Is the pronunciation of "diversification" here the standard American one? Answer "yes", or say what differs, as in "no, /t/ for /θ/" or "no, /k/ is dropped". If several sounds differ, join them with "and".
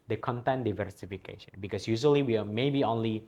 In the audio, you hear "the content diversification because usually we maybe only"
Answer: yes